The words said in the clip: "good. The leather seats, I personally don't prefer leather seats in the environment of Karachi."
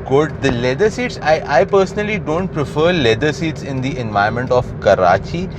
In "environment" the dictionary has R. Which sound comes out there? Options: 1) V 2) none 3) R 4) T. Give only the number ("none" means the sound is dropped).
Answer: 2